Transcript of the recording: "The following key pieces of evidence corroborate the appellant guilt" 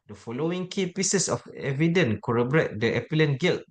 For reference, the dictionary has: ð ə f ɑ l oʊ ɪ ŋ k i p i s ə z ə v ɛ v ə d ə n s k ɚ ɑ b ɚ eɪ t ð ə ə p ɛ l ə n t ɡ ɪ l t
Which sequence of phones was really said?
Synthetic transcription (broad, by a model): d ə f ɑ l oʊ ɪ ŋ k i p i s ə s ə f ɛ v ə d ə n k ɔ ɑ b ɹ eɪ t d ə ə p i l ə n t ɡ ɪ l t